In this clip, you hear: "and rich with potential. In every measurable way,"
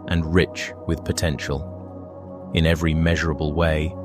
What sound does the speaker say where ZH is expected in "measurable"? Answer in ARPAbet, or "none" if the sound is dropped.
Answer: ZH